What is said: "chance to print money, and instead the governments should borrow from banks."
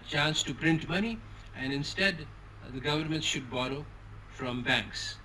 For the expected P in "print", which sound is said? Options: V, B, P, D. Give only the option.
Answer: P